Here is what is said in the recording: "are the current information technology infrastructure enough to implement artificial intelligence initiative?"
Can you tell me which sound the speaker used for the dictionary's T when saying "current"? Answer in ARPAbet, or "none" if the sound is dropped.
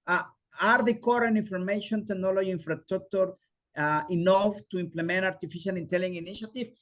none